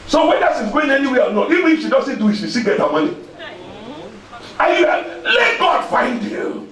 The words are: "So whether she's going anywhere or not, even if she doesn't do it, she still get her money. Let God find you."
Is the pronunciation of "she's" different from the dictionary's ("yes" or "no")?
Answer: yes